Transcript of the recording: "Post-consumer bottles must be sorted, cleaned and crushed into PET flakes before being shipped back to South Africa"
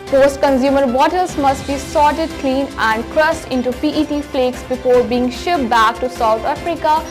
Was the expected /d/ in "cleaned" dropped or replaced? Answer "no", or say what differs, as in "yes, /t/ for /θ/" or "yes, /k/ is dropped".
yes, /d/ is dropped